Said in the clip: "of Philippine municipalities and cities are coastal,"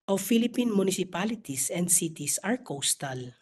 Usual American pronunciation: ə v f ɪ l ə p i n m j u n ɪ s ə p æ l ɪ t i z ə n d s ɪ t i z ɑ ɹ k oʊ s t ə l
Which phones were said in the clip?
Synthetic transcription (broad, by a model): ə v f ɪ l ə p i n m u n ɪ s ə p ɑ l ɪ t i s ə n d s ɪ t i s ɑ ɹ k oʊ s t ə l